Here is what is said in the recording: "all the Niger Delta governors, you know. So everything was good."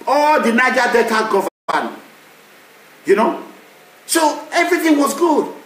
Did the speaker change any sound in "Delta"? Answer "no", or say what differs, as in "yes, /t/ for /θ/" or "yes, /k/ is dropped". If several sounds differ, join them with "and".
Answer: yes, /l/ is dropped